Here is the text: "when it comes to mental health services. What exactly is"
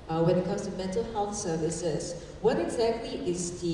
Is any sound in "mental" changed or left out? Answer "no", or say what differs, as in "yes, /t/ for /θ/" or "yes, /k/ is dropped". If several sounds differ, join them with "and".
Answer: yes, /n/ is dropped